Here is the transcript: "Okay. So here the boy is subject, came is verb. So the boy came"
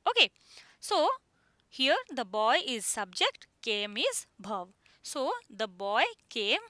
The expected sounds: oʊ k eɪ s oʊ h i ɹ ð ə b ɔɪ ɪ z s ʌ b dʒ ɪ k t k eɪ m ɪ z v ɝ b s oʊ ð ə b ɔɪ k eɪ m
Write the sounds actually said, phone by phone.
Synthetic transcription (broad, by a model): oʊ k eɪ s oʊ h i ɹ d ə b ɔɪ ɪ z s ʌ b dʒ ɪ k t k eɪ m ɪ z b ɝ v s oʊ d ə b ɔɪ k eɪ m